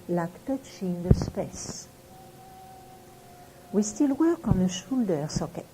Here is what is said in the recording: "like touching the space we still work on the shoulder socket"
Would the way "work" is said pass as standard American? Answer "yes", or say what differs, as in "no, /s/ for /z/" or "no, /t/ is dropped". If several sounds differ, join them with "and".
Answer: yes